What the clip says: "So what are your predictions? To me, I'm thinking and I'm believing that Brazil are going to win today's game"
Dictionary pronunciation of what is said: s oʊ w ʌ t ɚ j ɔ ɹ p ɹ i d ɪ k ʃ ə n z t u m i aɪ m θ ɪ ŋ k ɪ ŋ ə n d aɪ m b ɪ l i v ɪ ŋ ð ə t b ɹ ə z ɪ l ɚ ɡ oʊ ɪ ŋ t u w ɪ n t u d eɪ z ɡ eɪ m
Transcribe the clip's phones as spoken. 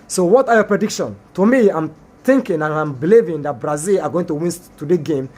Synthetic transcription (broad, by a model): s oʊ w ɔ t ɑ j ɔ p ɹ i d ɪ k ʃ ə n t u m i aɪ m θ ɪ ŋ k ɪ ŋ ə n aɪ m b ɪ l i v ɪ ŋ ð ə t b ɹ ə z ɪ l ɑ ɡ oʊ ɪ ŋ t u w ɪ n t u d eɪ ɡ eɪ m